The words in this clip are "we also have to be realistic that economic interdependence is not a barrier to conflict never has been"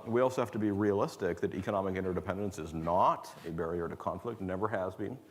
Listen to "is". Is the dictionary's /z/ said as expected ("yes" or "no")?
yes